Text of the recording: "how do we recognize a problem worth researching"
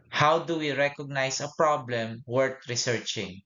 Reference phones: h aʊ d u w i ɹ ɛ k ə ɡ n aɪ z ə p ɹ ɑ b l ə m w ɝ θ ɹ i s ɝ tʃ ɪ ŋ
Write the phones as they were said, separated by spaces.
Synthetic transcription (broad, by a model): h aʊ d u w i ɹ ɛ k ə ɡ n aɪ s ə p ɹ ɑ b l ə m w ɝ t ɹ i s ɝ tʃ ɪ ŋ